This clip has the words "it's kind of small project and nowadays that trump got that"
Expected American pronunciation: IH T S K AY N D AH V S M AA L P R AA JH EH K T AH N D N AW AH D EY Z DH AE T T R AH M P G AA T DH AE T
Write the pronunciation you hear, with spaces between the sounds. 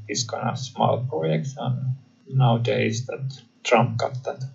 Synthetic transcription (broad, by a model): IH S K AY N AH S M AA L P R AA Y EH K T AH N N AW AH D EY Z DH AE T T R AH M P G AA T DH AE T